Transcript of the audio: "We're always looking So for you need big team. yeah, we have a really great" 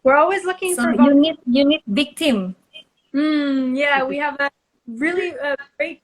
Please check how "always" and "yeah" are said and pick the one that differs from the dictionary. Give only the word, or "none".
none